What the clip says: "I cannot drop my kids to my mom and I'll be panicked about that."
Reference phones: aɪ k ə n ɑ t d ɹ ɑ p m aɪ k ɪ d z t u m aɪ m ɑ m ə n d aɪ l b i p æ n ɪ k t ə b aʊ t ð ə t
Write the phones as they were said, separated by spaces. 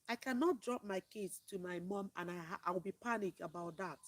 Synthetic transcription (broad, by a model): aɪ k ə n ɑ t d ɹ ɑ p m aɪ k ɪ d t u m aɪ m ɑ m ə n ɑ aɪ w b i p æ n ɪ k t ə b aʊ t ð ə t